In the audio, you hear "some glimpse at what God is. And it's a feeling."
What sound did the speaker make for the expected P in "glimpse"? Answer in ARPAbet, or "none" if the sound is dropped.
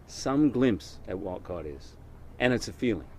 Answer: P